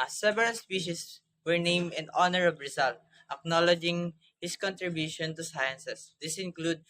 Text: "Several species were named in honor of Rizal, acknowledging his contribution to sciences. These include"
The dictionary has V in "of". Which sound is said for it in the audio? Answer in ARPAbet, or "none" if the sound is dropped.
B